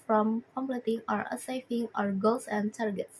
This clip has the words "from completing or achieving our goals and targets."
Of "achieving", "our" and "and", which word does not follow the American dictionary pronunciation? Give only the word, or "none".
achieving